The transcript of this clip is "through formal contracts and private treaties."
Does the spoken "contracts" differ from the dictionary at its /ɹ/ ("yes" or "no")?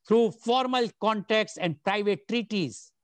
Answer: yes